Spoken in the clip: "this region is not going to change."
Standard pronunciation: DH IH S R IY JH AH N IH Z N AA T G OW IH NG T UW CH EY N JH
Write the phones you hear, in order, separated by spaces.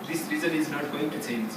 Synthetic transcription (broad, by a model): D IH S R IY Z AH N IH Z N AA T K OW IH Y T UW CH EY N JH